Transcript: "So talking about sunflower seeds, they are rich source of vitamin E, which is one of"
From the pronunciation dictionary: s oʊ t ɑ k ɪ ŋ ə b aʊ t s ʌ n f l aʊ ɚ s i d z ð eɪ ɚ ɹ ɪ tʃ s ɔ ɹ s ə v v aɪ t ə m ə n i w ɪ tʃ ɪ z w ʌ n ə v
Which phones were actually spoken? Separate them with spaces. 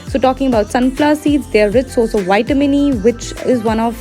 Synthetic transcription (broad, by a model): s oʊ t ɑ k ɪ ŋ ə b aʊ t s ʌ n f l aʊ s i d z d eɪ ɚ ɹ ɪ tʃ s ɔ l s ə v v aɪ t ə m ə n i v ɪ tʃ ɪ z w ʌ n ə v